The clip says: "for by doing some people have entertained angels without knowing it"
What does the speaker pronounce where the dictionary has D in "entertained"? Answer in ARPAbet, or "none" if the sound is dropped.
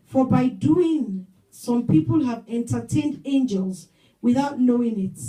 D